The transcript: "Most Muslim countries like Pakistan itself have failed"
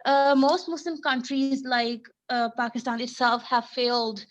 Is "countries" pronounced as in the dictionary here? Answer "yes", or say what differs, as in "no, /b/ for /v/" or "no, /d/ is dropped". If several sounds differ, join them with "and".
yes